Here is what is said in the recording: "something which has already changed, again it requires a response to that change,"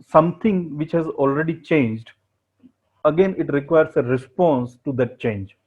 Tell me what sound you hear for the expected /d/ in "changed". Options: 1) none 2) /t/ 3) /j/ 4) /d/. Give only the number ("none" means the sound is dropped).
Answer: 4